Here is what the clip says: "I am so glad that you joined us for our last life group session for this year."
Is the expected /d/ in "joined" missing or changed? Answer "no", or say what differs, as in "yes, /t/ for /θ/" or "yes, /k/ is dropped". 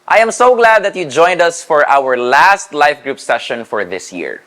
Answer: no